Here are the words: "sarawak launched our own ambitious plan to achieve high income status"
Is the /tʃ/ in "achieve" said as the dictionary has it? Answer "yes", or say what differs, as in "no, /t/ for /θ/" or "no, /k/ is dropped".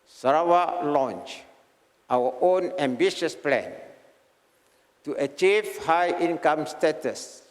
yes